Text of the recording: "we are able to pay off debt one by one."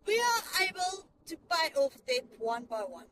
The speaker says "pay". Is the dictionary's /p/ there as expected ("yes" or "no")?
no